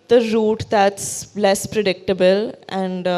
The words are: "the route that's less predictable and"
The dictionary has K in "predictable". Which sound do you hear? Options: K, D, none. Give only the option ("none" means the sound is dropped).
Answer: K